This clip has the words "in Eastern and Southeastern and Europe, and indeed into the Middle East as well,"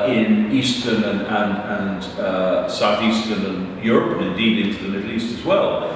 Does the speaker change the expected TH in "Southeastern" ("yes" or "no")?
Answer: no